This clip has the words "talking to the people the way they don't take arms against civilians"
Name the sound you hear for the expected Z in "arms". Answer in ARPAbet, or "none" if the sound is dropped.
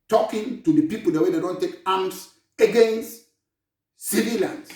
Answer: S